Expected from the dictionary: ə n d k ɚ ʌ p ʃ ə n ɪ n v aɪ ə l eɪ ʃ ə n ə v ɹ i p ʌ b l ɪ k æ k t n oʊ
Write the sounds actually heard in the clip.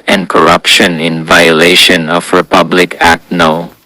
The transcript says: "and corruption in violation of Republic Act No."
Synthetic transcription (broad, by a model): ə n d k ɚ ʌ p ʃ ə n ɪ n v aɪ ə l eɪ ʃ ə n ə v ɹ i p ʌ b l ɪ k æ k t n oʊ